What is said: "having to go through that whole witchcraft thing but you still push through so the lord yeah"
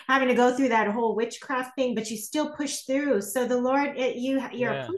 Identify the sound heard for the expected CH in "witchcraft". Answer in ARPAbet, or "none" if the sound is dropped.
CH